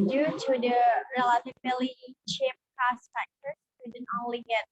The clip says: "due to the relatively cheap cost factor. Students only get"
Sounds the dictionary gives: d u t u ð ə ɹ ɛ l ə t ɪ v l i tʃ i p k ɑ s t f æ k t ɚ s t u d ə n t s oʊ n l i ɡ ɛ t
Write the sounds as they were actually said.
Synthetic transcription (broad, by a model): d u t u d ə ɹ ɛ l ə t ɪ b l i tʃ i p k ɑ s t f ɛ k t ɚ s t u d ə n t oʊ n l i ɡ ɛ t